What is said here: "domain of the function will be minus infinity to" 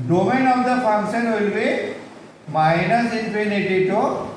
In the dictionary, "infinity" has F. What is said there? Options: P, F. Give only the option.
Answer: P